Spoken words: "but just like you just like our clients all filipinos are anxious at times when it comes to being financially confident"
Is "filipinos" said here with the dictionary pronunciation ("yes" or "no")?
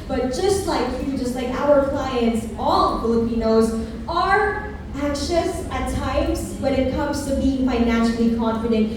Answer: yes